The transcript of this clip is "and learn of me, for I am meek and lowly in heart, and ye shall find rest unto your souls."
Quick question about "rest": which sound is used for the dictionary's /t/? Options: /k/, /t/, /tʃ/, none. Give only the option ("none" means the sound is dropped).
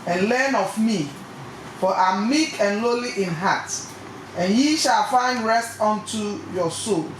/t/